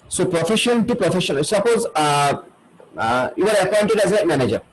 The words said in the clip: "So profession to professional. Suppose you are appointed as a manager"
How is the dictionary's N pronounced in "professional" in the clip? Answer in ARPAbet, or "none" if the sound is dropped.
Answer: none